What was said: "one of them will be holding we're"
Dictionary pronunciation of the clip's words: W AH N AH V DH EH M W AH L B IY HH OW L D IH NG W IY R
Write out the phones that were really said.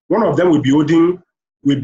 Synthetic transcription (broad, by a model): W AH N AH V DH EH M W AH L B IY OW D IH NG W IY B